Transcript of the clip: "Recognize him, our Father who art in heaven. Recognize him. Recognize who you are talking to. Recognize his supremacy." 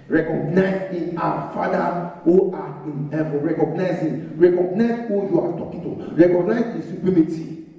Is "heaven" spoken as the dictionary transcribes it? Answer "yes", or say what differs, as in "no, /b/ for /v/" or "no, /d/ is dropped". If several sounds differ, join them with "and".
no, /v/ is dropped